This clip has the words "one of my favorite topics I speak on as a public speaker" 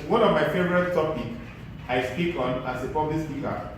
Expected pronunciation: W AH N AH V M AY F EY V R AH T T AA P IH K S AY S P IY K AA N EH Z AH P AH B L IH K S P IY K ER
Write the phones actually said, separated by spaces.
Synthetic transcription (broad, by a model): W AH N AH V M AY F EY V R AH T T AA P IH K AY S P IY K AA N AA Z AH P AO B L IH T S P IY K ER